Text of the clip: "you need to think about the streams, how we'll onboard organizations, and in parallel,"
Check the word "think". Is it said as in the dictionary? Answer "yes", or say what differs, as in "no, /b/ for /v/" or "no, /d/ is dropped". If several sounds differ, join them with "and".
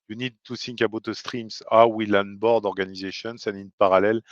no, /s/ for /θ/